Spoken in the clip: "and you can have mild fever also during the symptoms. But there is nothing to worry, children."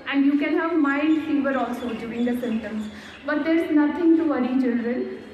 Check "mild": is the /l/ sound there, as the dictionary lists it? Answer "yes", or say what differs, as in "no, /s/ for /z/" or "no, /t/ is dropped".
no, /n/ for /l/